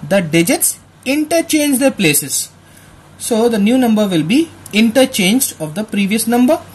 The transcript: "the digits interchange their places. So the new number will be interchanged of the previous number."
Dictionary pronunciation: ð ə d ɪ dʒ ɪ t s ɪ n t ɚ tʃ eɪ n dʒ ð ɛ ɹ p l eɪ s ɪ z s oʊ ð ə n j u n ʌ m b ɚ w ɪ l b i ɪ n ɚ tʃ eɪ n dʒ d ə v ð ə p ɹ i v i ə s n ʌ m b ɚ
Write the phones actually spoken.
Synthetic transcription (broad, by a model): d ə d ɪ dʒ ɪ t s ɪ n t ɚ tʃ eɪ n dʒ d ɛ ɹ p l eɪ s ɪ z s oʊ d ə n j u n ʌ m b ɚ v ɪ l b i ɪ n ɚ tʃ eɪ n dʒ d ə v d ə p ɹ i v i ə s n ʌ m b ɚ